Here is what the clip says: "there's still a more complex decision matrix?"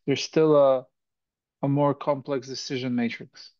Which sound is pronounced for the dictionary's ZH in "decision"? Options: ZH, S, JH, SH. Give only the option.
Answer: ZH